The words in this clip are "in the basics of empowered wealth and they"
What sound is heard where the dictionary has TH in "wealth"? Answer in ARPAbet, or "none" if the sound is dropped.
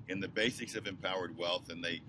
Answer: TH